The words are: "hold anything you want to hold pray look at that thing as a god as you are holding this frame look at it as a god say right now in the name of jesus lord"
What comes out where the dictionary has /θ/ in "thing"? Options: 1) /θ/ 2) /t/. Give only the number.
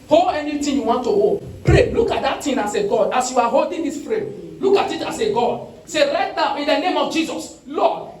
2